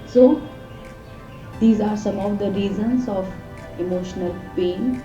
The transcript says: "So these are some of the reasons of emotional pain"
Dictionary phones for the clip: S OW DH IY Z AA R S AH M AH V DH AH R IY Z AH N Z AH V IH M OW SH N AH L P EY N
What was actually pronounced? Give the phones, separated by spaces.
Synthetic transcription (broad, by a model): S OW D IY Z AA R S AH M AH V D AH R IY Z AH N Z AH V IH M OW SH N AH L P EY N